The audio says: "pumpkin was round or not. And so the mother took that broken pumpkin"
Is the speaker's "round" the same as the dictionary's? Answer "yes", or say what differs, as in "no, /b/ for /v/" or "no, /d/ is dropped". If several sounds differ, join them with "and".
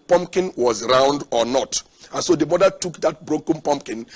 yes